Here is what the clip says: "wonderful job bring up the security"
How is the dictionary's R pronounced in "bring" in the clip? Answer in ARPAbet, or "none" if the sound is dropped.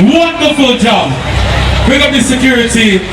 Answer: none